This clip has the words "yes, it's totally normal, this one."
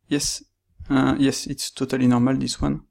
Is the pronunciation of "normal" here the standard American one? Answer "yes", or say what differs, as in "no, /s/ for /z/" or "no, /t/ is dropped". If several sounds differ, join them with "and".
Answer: yes